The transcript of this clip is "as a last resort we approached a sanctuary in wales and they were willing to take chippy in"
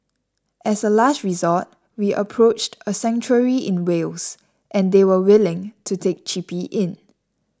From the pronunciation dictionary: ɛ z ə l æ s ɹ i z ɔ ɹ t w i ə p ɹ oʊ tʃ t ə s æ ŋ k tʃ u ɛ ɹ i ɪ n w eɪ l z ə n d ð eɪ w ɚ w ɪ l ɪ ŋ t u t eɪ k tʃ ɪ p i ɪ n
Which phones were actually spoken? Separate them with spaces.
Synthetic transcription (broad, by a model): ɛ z ə l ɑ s ɹ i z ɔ t w i ə p ɹ oʊ tʃ t ə s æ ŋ tʃ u ɹ i ɪ n w eɪ l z ə n d eɪ w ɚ w ɪ l ɪ ŋ t u t eɪ k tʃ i p i ɪ n